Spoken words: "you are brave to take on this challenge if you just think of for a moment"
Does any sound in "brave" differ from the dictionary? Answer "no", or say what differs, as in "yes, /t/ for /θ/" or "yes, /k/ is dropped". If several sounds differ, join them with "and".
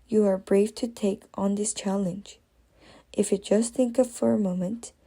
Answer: yes, /f/ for /v/